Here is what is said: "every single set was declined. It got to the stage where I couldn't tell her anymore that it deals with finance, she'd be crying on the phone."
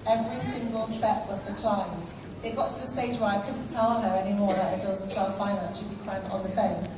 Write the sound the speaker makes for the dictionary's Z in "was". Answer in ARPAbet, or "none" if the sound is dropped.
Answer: Z